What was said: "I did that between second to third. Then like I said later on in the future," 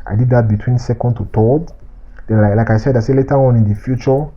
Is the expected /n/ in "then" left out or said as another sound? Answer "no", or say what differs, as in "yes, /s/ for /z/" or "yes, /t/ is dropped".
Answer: yes, /l/ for /n/